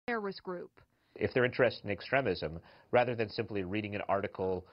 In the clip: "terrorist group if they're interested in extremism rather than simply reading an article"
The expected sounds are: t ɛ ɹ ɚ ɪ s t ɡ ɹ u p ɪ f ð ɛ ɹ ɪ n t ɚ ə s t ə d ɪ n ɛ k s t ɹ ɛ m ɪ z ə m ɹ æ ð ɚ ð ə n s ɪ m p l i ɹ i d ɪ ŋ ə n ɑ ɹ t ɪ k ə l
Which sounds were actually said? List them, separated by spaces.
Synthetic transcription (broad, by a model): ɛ ɹ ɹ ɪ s ɡ ɹ u p ɪ f ð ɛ ɹ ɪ n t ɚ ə s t ɪ n ɛ k s t ɹ ɛ m ɪ z ə m ɹ æ ð ɚ ð ə n s ɪ m p l i ɹ i d ɪ ŋ ə n ɑ ɹ t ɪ k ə l